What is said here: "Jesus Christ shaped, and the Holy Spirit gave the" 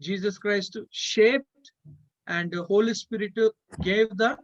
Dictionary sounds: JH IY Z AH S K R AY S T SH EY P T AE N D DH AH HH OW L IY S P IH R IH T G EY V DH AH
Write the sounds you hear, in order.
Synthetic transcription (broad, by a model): JH IY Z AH S K R AY S T SH EY P T AE N D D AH HH OW L IY S P IH R IH T G EY V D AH